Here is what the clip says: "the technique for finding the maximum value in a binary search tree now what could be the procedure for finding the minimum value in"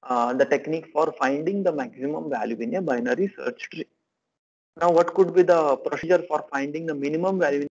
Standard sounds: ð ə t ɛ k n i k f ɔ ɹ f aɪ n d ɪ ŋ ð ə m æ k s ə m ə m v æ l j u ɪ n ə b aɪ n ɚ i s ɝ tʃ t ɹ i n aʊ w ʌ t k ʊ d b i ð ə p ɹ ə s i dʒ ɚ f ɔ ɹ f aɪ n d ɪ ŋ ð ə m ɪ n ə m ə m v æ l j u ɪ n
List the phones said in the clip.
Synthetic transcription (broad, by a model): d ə t ɛ k n i k f ɔ ɹ f aɪ n d ɪ ŋ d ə m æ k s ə m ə m v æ l j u ɪ n ə b aɪ n ɚ i s ɝ tʃ t ɹ i n aʊ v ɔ t k ʊ d b i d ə p ɹ ə s i dʒ ɚ f ɔ ɹ f aɪ n d ɪ ŋ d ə m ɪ n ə m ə m v æ l j u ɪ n